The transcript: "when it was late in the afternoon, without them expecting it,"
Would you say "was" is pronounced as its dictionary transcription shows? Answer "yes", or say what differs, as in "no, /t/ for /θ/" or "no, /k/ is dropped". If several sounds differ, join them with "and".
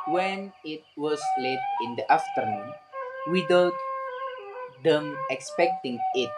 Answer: no, /s/ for /z/